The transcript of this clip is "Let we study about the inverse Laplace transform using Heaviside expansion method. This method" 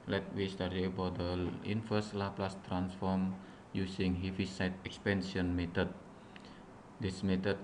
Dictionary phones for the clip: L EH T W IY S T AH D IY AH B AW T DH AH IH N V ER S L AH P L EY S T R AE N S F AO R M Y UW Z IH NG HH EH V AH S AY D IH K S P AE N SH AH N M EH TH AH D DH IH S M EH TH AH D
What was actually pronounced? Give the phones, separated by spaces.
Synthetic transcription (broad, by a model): L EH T W IY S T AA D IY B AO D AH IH N F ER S L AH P L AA S T R AE N S F AO R M Y UW S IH NG HH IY F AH S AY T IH K S P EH N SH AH N M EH T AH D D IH S M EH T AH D